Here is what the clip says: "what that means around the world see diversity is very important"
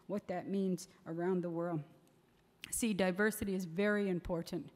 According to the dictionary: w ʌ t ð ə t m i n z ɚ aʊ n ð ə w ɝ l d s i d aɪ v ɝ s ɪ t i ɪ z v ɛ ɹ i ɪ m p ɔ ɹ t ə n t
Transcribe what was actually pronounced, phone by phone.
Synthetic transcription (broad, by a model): w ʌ t ð ə t m i n z ɚ aʊ n ð ə w ɝ l d s i d aɪ v ɝ s ɪ t i ɪ z v ɛ ɹ i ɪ m p ɔ ɹ t n t